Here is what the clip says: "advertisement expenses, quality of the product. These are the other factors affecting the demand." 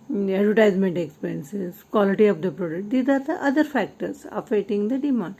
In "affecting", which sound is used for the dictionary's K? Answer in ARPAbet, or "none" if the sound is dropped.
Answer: none